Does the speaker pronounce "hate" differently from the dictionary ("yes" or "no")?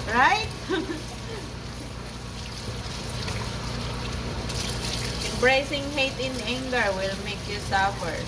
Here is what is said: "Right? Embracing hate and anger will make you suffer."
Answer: no